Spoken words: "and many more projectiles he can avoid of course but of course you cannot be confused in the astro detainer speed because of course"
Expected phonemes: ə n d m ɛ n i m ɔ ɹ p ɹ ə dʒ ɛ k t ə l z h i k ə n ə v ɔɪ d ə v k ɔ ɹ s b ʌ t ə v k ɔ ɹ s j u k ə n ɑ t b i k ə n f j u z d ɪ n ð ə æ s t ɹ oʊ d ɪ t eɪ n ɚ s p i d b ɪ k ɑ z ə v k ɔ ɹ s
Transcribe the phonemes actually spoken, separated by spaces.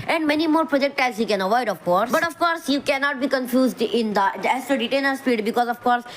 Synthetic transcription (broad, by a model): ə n d m ɛ n i m ɔ ɹ p ɹ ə dʒ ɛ k t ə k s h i k ə n ə v ɔɪ d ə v k ɔ ɹ s b ʌ t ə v k ɔ ɹ s j u k ə n ɑ t b i k ə n f j u z d ɪ n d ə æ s t u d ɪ t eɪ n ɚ s p i d b ɪ k ɑ z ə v k ɔ ɹ s